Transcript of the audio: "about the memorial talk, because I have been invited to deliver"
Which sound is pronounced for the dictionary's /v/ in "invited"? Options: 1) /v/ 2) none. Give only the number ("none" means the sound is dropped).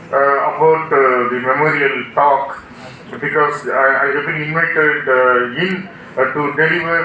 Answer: 2